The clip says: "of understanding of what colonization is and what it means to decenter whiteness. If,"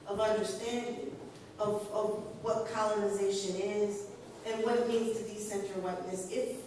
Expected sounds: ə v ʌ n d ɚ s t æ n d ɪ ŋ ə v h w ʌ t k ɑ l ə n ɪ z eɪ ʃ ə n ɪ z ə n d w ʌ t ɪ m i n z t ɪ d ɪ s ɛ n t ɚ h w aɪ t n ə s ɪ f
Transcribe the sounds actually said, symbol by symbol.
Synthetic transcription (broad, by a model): ə v ʌ n d ɚ s t æ n d ɪ ŋ ə v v w ʌ t k ɑ l ə n ɪ z eɪ ʃ ə n ɪ z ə n w ʌ t m i n z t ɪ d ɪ s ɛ n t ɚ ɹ w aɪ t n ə s ɪ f